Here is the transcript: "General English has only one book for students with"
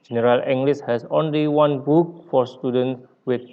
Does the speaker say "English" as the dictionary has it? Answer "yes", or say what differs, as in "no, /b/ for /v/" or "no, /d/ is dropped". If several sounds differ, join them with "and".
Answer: no, /s/ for /ʃ/